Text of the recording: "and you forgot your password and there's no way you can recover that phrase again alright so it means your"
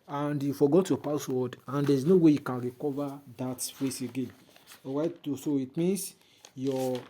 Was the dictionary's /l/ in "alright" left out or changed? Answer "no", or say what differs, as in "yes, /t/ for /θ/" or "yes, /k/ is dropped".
yes, /l/ is dropped